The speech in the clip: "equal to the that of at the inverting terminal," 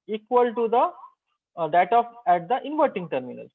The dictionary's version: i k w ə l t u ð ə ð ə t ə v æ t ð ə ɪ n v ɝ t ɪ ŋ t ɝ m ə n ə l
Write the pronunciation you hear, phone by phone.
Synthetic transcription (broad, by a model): i k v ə l t u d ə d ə t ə p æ t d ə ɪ n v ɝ t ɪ ŋ t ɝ m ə n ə l